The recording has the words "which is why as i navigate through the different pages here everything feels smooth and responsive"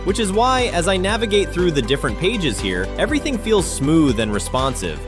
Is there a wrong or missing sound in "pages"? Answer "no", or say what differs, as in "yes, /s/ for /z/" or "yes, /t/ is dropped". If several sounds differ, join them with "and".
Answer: no